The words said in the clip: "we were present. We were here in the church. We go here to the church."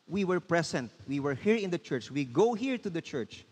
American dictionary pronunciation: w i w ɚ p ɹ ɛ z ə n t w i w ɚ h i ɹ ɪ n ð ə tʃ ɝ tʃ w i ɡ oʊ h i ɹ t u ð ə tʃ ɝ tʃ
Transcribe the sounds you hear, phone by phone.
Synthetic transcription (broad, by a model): w i w ɚ p ɹ ɛ s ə n t w i w ɚ h i ɹ ɪ n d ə tʃ ɝ tʃ w i ɡ oʊ h i ɹ t u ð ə tʃ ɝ tʃ